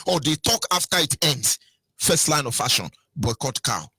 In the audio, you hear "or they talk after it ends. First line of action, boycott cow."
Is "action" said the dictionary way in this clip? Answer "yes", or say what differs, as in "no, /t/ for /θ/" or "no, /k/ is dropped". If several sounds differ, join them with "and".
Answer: no, /k/ is dropped